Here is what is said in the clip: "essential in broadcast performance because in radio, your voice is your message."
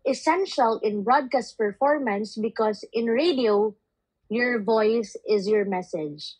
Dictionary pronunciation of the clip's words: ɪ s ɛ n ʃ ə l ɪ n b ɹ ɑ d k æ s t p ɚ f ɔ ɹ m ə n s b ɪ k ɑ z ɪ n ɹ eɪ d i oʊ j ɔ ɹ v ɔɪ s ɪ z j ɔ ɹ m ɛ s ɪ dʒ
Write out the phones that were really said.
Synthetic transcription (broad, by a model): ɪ s ɛ n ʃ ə l ɪ n b ɹ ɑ d k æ s t p ɚ f ɔ ɹ m ə n s b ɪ k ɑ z ɪ n ɹ eɪ d i oʊ j ɔ ɹ v ɔɪ s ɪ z j ɔ ɹ m ɛ s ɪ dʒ